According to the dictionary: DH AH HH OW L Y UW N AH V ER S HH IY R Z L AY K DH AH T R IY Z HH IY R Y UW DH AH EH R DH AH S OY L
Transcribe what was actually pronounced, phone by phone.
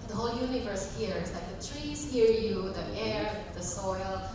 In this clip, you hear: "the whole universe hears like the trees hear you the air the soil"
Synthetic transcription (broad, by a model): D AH HH OW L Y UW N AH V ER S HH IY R S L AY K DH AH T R IY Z HH IY R Y UW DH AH EH R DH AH S OY L